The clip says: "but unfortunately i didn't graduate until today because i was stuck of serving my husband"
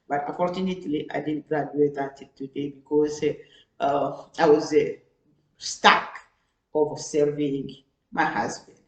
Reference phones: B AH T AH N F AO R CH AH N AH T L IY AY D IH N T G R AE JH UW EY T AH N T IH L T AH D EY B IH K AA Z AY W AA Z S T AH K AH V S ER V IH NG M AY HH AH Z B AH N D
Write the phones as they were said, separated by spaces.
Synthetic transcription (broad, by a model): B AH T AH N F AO R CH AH N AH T L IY AY D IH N G R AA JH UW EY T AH T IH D T AH D EY B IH K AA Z AY W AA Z S T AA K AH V S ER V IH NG M AY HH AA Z B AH N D